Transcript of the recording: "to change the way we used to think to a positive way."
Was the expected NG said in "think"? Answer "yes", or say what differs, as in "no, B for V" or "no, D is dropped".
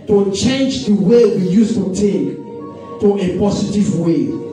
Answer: no, NG is dropped